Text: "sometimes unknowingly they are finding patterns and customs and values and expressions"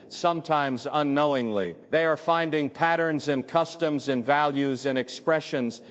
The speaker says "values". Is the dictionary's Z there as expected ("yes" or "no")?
yes